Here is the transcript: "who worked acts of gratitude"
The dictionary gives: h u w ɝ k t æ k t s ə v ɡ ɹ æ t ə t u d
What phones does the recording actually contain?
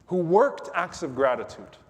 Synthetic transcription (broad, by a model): h u w ɝ k t æ k t s ə v ɡ ɹ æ t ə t u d